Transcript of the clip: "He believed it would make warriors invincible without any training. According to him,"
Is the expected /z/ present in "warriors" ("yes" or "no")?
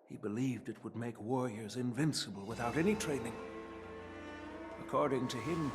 yes